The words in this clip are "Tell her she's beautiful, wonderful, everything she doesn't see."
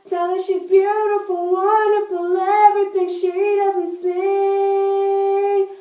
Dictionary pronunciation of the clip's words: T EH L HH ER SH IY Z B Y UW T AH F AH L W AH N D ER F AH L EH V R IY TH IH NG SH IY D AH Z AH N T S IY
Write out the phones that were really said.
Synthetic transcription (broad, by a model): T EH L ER SH IY Z B Y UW T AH F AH L W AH N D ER F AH L EH V R IY TH IH NG SH IY D AH Z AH N T S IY